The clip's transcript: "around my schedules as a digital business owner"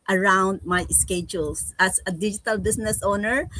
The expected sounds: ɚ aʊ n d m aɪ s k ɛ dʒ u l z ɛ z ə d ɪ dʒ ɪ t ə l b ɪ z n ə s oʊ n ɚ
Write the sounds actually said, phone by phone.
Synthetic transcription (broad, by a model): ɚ aʊ n d m aɪ s k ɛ dʒ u l s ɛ s ə d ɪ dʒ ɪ t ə l b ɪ s n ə s oʊ n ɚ